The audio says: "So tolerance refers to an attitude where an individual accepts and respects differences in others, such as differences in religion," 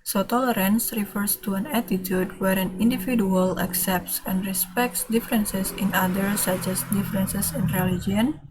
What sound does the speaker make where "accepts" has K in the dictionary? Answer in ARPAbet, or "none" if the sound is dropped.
K